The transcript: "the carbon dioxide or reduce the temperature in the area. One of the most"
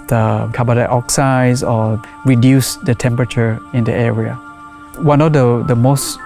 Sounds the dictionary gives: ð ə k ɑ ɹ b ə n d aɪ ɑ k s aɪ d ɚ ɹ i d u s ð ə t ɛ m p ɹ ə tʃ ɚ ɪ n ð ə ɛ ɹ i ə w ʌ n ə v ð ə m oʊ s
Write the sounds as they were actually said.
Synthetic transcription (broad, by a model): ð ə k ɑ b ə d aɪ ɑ k s aɪ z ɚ ɹ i d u s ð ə t ɛ m p ɹ ə tʃ ɚ ɪ n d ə ɛ ɹ i ə w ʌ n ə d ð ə m oʊ s